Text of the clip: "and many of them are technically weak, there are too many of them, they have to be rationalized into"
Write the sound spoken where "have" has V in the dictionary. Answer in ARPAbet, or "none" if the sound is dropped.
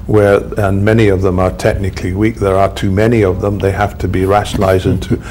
F